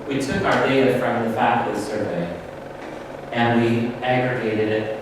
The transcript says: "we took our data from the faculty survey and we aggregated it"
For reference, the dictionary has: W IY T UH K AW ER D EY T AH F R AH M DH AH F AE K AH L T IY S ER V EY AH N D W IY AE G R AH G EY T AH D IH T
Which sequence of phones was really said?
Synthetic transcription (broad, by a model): W IY T UH K AW ER D EY T AH F R AH M DH AH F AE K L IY S ER V EY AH N W IY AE G R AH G EY T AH D IH T